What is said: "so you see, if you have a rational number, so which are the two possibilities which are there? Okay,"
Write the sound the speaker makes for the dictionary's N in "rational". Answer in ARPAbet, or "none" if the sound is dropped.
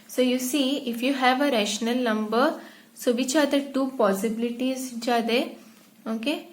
N